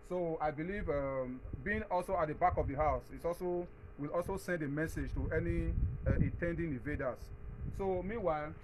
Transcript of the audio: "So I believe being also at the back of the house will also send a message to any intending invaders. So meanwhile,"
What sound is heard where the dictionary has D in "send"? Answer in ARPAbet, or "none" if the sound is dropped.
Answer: D